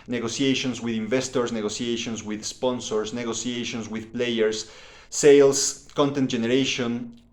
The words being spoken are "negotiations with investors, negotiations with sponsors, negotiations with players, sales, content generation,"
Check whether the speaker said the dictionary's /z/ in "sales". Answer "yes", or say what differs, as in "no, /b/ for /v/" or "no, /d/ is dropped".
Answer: no, /s/ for /z/